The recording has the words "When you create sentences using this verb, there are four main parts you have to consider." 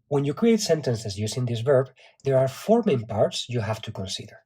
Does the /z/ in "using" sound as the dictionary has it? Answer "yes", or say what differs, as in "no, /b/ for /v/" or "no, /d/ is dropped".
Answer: no, /s/ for /z/